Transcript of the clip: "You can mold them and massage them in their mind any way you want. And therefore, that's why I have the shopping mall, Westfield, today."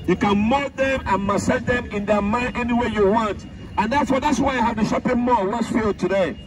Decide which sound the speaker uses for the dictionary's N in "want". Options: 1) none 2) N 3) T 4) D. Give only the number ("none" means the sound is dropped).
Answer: 2